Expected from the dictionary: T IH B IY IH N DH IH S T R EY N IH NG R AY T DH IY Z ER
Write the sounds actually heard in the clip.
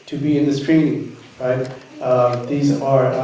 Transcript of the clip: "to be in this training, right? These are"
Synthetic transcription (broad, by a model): T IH B IY IH N DH IH S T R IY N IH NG R AY T DH IY Z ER